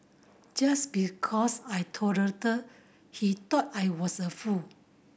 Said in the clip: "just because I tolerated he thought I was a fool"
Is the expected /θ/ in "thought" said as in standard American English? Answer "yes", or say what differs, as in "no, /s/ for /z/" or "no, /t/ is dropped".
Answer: no, /t/ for /θ/